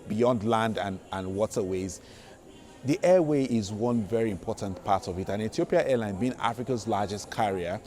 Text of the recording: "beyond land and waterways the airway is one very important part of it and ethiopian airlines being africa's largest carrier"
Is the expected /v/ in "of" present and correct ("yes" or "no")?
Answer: yes